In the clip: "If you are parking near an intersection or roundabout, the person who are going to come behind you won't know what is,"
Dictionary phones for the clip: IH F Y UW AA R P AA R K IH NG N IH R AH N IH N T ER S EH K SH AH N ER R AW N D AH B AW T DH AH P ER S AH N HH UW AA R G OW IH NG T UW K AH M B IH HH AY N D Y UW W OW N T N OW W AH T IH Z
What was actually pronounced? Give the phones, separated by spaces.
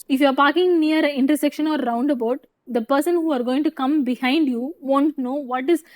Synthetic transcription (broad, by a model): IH F Y UW AA R P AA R K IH NG N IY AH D IH N T ER S EH K SH AH N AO R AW N D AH B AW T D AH P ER S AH N HH UW AA R G OW IH NG T UW K AH M B IH HH AY N D Y UW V OW N T N OW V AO T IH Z